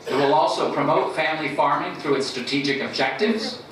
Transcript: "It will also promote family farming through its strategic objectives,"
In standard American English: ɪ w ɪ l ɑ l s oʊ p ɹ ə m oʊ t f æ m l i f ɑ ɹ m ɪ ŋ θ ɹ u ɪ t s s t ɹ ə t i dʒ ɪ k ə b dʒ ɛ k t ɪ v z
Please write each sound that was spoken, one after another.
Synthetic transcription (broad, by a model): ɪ w ɪ l ɑ l s oʊ p ɹ ə m oʊ t f æ m l i f ɑ ɹ m ɪ ŋ θ ɹ u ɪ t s s t ɹ ə t i dʒ ɪ k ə b dʒ ɛ k t ɪ v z